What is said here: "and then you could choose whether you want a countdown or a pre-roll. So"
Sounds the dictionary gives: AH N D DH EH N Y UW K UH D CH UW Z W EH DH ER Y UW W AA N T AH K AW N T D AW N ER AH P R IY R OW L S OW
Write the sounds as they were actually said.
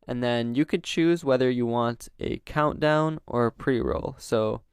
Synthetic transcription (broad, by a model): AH N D DH EH N Y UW K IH D CH UW Z W EH DH ER Y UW W AA N T AH K AW N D AW N ER AH P R IY R OW L S OW